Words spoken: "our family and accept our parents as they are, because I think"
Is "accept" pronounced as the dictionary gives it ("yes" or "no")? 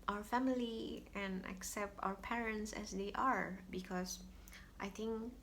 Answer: yes